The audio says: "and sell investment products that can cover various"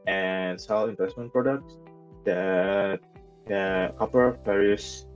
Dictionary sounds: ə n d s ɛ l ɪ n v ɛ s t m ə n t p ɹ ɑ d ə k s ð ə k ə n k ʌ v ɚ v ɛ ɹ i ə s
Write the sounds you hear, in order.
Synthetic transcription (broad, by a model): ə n s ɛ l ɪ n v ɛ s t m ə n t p ɹ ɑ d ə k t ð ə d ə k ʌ p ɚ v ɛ ɹ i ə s